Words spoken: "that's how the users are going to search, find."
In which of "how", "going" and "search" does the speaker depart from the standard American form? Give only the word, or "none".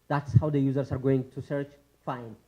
none